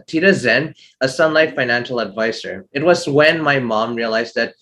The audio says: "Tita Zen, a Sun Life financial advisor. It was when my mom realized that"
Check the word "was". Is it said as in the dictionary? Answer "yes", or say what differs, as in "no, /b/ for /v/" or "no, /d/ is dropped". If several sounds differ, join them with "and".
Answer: yes